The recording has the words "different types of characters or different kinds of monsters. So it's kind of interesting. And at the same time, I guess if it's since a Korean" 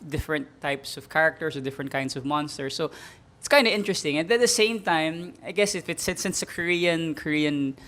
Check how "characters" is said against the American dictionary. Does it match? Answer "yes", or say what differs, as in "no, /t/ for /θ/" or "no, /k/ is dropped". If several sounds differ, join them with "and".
no, /s/ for /z/